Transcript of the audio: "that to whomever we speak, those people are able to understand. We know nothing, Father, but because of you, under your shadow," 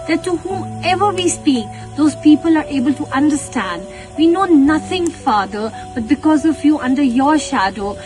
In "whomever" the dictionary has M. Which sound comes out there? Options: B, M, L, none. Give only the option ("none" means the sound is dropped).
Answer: none